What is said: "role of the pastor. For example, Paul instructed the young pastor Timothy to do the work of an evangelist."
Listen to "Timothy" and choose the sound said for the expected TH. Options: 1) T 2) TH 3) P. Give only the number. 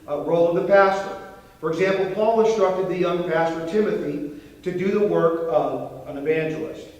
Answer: 2